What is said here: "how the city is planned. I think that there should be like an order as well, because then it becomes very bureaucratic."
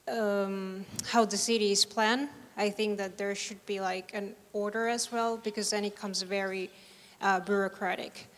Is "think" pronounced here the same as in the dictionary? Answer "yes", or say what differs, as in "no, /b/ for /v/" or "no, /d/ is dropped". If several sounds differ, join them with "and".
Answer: yes